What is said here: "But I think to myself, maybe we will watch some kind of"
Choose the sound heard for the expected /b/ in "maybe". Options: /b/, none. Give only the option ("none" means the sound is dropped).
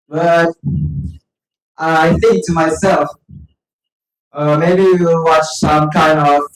none